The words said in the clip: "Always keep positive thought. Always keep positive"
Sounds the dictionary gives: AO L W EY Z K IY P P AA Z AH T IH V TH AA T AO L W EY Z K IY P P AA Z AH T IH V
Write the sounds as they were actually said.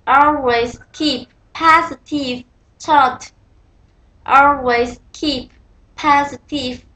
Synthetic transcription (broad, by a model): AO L W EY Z K IY P P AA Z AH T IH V T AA T AO L W EY Z K IY P P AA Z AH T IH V